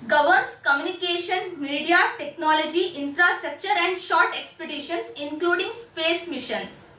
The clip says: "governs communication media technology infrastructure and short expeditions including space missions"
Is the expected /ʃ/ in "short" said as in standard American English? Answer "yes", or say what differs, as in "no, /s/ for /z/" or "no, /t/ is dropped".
yes